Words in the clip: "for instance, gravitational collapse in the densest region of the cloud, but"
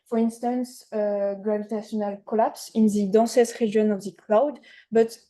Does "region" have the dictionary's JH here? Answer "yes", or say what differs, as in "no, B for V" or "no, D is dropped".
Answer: no, JH is dropped